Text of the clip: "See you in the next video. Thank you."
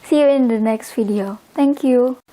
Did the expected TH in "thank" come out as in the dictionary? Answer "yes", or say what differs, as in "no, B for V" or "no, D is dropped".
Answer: no, T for TH